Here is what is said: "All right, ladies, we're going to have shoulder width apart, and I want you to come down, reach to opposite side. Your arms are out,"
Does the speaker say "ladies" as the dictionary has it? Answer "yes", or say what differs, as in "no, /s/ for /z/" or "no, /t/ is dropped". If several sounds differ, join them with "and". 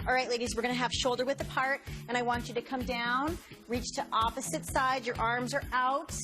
yes